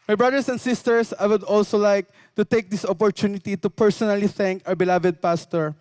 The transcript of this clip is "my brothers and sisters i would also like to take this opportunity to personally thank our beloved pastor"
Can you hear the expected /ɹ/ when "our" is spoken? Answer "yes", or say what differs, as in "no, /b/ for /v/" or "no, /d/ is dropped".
no, /w/ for /ɹ/